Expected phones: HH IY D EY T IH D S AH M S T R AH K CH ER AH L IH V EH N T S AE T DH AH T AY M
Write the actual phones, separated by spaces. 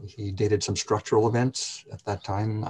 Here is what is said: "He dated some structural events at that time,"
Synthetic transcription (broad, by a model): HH IY D EY T IH D S AH M S T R AH K CH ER L IH V EH N T S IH T DH AH T AY M